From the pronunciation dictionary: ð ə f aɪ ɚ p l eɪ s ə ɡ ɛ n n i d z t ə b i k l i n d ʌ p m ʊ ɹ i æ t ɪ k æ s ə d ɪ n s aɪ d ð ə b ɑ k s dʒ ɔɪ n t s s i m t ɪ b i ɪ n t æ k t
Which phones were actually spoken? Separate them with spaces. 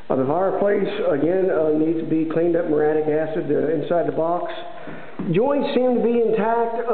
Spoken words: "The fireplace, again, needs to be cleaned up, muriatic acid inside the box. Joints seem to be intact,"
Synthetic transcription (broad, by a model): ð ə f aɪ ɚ p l eɪ s ə ɡ ɛ n n i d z t ə b i k l i n d ʌ p m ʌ ɹ æ t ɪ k æ s ə d ɪ n s aɪ d ð ə b ɑ k s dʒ ɔɪ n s s i m t ɪ b i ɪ n t æ k t